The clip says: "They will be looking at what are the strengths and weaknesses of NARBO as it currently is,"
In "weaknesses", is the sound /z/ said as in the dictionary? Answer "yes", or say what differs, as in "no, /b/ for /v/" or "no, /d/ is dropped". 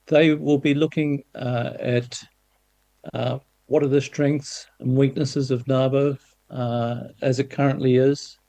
yes